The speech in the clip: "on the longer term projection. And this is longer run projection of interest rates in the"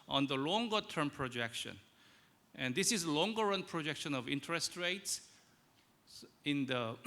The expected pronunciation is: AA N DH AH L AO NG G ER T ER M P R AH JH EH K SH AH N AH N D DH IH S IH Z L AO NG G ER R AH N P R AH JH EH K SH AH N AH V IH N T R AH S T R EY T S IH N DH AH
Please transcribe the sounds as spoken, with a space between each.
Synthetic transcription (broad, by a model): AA N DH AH L AO NG G ER T ER M P R AH JH EH K SH AH N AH N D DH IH S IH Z L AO NG G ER R AH N P R AH JH EH K SH AH N AH V IH N T R AH S T R EY T S IH N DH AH